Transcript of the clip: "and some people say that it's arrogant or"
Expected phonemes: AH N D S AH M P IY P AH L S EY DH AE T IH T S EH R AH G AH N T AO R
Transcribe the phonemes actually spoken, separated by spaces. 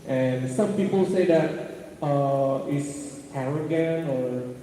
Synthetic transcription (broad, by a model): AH N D S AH M P IY P AH L S EY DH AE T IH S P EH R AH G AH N AO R